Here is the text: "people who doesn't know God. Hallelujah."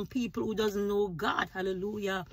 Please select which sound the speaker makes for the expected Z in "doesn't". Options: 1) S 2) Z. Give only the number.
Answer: 2